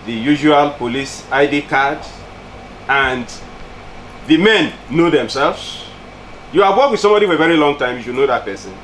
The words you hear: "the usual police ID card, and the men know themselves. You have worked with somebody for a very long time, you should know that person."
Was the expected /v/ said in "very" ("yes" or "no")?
yes